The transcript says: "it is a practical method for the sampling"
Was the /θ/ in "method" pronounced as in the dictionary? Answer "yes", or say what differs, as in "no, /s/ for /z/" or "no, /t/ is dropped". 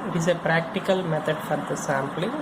no, /t/ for /θ/